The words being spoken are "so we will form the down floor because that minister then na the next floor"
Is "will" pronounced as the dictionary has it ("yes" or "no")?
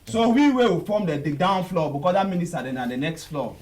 no